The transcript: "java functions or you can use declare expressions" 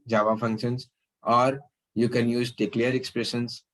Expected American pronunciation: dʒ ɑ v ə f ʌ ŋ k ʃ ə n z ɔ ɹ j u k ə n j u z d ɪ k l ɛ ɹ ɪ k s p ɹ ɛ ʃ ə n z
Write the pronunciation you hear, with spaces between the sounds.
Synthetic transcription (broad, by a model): dʒ ɑ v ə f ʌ ŋ k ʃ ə n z ɔ ɹ j u k ə n j u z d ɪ k l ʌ ɹ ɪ k s p ɹ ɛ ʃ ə n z